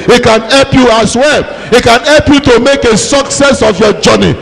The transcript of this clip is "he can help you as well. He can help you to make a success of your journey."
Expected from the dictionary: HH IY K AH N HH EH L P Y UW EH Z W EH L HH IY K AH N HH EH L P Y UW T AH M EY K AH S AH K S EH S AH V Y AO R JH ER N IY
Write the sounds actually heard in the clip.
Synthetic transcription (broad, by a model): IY K AH N HH EH L P Y UW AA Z W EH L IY K AH N HH EH L P Y UW T AH M EY K AH S AH K S EH S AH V Y AO JH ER N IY